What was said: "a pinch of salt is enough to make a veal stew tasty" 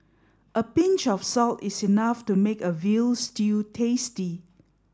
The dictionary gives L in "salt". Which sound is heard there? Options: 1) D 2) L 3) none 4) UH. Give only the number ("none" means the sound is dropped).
2